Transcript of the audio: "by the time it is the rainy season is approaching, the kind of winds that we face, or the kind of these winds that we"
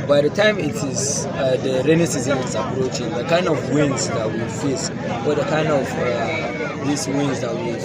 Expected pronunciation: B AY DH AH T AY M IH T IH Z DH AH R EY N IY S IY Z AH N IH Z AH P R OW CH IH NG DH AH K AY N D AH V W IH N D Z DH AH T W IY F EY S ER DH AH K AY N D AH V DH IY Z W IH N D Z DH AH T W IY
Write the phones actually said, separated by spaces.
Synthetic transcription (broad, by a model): B AY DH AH T AY M IH T IH Z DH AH R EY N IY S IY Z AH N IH S AH P R OW CH IH NG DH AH K AY N D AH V W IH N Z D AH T W IY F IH S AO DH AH K AY N D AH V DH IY S W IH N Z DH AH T W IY